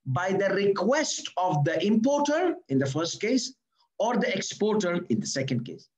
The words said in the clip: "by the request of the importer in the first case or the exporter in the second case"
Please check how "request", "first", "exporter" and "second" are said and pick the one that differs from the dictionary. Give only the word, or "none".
none